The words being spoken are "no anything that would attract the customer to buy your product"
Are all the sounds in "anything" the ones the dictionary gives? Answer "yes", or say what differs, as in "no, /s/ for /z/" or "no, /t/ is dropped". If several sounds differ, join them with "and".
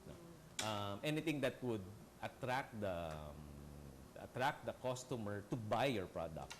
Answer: no, /t/ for /θ/